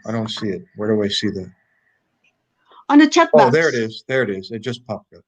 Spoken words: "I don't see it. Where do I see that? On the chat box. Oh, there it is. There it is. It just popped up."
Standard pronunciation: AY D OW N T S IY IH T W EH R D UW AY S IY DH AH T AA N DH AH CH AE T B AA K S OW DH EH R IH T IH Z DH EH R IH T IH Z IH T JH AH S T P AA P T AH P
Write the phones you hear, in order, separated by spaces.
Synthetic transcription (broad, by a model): AY D OW N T S IY IH T W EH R D UW AY S IY DH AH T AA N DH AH CH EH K OW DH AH R IH T IH Z DH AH R IH T IH Z IH T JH AH S P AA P AH